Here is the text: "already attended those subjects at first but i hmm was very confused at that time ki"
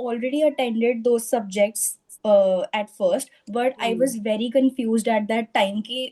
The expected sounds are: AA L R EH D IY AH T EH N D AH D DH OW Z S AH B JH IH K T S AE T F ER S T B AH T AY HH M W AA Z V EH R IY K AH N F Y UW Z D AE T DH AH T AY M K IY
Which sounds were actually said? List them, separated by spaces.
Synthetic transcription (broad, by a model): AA L R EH D IY AH T EH N D AH D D OW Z S AH B JH IH K T S AE T F ER S T B AH T AY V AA Z V EH R IY K AH N F Y UW Z D AE T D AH T AY M K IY